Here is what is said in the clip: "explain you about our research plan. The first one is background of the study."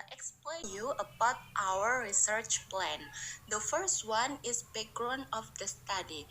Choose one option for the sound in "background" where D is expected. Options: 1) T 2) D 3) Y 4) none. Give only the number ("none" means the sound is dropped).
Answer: 4